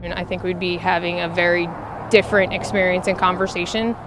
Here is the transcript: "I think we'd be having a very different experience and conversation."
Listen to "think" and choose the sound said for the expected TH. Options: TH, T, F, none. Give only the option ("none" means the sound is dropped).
TH